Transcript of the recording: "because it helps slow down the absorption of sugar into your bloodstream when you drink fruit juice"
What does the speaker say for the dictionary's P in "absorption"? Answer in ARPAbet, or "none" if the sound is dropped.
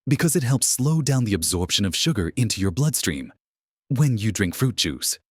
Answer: P